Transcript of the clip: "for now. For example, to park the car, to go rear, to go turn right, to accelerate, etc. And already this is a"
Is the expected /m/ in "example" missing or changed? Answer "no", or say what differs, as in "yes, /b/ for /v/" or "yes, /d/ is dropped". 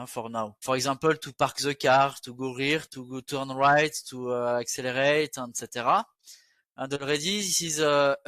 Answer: yes, /m/ is dropped